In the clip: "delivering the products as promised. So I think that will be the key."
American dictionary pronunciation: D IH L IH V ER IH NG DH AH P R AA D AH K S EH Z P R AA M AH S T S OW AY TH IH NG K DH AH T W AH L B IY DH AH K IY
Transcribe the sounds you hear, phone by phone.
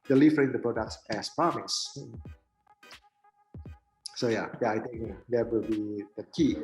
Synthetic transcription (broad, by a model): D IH L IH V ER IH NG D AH P R AA D AH K S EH S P AA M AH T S S OW AY T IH NG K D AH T W AH L B IY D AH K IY